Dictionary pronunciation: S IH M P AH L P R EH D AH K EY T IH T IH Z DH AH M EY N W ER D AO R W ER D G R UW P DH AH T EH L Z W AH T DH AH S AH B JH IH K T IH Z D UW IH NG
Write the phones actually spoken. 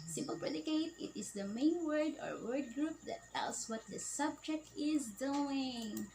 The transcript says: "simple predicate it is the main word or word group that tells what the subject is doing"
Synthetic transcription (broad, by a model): S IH M P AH L P R EH D AH K EY T IH T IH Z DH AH M EY N W ER D AO R W ER D G R UW P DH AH T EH L S W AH T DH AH S AH B JH IH K T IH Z D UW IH NG